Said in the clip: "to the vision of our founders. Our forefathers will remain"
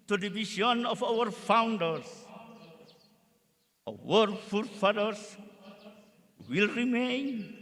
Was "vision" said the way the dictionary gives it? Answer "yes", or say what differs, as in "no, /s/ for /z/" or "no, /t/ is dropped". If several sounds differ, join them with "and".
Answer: no, /ʃ/ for /ʒ/